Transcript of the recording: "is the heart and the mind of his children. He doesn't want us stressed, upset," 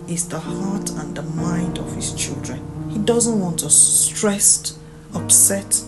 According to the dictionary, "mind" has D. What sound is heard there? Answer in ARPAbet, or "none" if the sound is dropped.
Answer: D